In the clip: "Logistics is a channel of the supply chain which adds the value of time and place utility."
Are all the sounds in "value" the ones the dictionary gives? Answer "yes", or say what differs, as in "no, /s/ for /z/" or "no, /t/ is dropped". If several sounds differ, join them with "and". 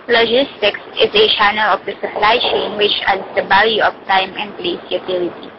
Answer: no, /b/ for /v/